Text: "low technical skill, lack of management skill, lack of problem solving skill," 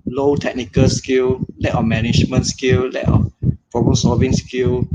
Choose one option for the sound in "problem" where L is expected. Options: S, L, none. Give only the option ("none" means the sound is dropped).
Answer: none